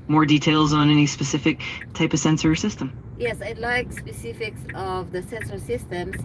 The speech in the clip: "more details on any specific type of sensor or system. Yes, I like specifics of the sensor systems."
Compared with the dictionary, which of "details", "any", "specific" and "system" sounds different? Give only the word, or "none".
none